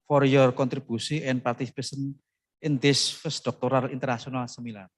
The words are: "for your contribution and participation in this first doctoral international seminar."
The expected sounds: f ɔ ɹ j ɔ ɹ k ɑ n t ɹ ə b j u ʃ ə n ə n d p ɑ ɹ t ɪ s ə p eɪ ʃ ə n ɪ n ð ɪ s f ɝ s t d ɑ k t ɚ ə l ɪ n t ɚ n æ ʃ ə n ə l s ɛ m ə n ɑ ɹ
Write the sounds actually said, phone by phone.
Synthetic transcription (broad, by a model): f ɔ ɹ j ɔ ɹ k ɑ n t ɹ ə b u s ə ə n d p ɑ ɹ t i s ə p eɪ s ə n ɪ n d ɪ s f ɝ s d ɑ k t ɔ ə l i n t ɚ n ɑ s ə n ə l s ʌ m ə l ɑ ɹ